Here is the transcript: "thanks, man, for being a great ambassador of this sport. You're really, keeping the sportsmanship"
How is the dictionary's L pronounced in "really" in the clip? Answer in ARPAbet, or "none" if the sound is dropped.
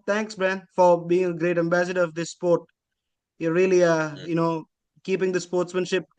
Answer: N